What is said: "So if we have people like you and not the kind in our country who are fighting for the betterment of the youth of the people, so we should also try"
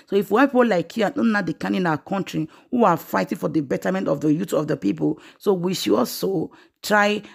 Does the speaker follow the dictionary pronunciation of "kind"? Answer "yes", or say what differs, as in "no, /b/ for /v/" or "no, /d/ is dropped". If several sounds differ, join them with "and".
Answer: no, /d/ is dropped